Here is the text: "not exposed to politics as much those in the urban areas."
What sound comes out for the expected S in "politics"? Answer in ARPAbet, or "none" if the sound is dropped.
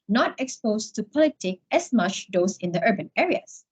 none